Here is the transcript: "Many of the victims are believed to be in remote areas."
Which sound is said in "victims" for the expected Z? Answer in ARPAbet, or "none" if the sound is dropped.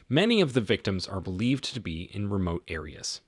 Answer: Z